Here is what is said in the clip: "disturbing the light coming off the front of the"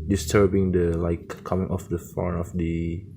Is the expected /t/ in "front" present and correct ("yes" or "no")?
no